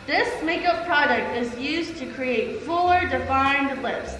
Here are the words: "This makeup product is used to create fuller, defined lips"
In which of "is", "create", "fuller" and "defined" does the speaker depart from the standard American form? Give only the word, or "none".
none